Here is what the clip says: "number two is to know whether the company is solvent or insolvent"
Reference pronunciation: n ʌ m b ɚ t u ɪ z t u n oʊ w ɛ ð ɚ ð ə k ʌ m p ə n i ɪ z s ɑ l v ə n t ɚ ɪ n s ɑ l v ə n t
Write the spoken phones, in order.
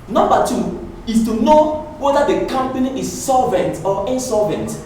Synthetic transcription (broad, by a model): n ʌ m b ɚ t u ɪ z t u n oʊ w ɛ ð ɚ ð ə k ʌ m p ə n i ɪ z s ɑ l v ə n t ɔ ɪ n s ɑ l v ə n t